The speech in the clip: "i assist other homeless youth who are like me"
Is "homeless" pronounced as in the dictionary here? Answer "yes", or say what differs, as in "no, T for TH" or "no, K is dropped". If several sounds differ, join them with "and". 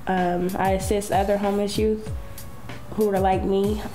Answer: no, L is dropped